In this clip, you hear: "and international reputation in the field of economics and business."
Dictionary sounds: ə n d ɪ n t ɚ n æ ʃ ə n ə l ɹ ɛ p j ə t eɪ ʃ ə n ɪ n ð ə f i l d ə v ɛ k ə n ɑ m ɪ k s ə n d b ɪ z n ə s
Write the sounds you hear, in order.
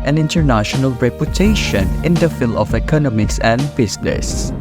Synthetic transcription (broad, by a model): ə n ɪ n t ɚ n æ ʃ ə n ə l ɹ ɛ p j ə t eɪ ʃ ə n ɪ n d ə f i l ə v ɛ k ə n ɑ m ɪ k s ə n d b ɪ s n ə s